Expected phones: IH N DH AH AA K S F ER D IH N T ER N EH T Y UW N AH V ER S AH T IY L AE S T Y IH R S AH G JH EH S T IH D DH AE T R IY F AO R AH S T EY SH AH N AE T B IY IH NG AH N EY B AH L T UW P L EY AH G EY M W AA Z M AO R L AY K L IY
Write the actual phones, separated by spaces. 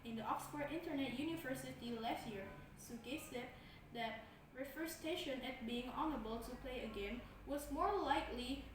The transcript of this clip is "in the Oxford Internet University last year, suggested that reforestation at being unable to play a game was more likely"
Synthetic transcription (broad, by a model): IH N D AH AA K S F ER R IH N T ER N EH T Y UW N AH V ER S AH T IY L AE S T Y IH R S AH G EH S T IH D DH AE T R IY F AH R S T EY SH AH N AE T B IY IH NG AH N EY B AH L T UW P L EY AH G EY M W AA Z M AO R L AY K L IY